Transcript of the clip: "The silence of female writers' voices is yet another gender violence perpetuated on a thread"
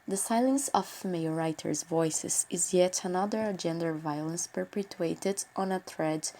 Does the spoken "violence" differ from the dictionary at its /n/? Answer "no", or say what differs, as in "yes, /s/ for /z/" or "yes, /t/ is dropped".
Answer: no